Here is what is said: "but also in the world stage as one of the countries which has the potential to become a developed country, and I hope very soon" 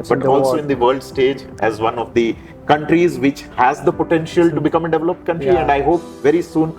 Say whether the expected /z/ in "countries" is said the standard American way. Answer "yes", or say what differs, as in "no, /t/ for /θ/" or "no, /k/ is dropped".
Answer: yes